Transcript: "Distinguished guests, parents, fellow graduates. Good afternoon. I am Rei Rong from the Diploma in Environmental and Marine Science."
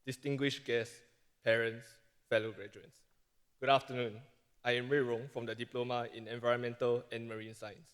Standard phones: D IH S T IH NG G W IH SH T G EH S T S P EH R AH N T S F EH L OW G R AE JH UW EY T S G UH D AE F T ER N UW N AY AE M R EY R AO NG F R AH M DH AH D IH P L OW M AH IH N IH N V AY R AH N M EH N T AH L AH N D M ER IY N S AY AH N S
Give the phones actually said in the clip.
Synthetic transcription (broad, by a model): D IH S T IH NG G W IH SH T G EH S S P EH R AH N T S F EH L OW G R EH JH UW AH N S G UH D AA F T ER N UW N AY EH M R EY R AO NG F R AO M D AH D IH P L OW M AH IH N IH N V AY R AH N M EH N T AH L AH N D M ER IY N S AY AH N S